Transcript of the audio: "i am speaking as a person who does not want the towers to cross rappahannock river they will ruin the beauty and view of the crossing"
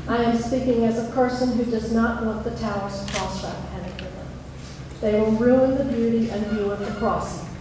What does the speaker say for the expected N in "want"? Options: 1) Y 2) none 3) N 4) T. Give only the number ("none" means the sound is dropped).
2